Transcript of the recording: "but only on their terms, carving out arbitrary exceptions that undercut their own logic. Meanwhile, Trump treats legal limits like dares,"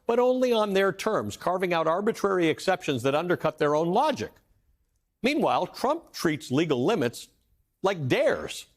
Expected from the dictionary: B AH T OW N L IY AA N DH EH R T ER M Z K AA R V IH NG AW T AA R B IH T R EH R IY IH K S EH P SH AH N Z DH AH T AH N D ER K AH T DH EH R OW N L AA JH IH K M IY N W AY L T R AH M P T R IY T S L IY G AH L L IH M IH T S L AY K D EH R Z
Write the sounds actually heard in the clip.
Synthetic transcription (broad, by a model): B AH T OW N L IY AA N DH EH R T ER M Z K AA R V IH NG AW T AA R B IH T R EH R IY IH K S EH P SH AH N Z DH AH T AH N D ER K AH T DH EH R OW N L AA JH IH K M IY N W AY L T R AH M P T R IY T S L IY G L L IH M IH T S L AY K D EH R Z